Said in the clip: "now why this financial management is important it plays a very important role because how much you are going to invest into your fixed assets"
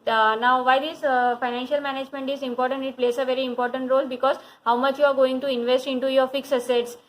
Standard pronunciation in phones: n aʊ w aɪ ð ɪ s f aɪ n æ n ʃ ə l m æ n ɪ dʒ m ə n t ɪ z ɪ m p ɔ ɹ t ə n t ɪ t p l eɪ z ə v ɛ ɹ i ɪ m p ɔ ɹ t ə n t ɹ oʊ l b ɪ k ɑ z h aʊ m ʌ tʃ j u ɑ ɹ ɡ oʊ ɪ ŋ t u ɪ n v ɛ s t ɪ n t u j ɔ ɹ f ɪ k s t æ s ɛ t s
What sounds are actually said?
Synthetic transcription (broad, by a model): n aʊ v aɪ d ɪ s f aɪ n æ n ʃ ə l m æ n ɪ dʒ m ə n t ɪ z ɪ m p ɔ ɹ t ə n t ɪ t p l eɪ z ə v ɛ ɹ i ɪ m p ɔ ɹ t ə n t ɹ oʊ l b ɪ k ɑ z h aʊ m ʌ tʃ j u ɑ ɹ ɡ oʊ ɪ ŋ t u ɪ n v ɛ s t ɪ n t u j ɔ ɹ f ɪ k s æ s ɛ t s